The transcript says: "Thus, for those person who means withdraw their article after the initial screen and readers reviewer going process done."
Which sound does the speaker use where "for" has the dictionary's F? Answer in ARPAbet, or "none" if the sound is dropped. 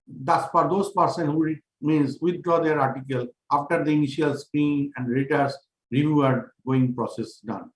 P